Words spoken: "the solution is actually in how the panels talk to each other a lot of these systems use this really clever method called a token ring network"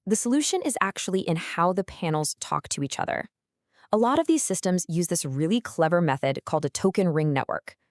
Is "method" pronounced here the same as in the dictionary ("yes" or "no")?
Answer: yes